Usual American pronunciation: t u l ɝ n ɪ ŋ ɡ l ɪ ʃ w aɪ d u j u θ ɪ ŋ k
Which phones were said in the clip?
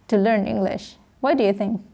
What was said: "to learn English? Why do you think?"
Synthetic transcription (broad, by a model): t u l ɝ n ɪ ŋ ɡ l ɪ ʃ w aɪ d u j u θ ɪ ŋ k